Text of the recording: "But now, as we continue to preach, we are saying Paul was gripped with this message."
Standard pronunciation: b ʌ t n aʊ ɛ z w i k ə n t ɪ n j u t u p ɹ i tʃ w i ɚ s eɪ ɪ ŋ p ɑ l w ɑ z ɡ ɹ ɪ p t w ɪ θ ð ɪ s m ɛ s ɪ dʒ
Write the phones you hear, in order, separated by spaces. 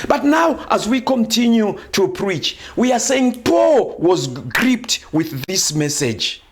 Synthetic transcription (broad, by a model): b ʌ t n aʊ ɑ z w i k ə n t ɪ n j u t u p ɹ i tʃ w i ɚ s eɪ ɪ ŋ p ɑ l w ɑ z ɡ ɹ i p t w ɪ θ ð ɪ s m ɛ s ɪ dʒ